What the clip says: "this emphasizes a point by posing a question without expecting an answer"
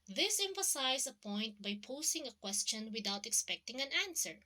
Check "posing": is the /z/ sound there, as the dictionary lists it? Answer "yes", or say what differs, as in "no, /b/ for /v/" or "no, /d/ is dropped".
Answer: no, /s/ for /z/